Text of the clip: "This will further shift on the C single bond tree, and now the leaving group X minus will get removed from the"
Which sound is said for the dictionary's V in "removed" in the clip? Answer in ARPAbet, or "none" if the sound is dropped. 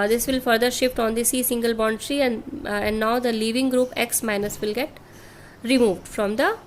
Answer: V